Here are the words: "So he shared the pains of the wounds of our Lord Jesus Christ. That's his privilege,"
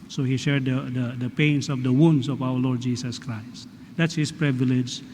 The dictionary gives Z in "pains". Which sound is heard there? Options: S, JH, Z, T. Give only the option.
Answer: S